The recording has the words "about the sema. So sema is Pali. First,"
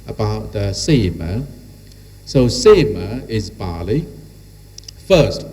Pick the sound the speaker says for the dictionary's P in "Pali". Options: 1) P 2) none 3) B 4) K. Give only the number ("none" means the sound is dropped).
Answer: 3